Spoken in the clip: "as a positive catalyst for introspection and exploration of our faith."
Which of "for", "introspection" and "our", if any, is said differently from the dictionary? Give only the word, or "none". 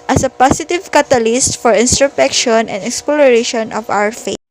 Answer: introspection